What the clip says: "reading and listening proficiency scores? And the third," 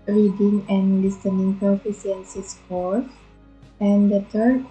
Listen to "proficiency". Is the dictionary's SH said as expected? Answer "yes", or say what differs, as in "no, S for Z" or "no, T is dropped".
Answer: no, S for SH